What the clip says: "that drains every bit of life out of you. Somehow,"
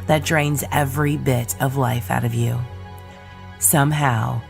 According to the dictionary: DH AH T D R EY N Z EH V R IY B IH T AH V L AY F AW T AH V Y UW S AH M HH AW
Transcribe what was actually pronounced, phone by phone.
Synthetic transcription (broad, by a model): DH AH T D R EY N Z EH V R IY B IH T AH V L AY F AW T AH V Y UW S AH M HH AW